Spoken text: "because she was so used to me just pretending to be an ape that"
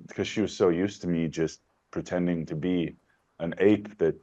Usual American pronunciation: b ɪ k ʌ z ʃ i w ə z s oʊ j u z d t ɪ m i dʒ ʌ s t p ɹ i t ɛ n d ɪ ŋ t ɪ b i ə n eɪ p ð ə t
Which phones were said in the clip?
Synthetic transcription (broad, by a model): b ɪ k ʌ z ʃ i w ə z s oʊ j u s t ɪ m i dʒ ʌ s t p ɹ i t ɛ n d ɪ ŋ t ɪ b i ə n eɪ p ð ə t